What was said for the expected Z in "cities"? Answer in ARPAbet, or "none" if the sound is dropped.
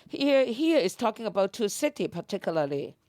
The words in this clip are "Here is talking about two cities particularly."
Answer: none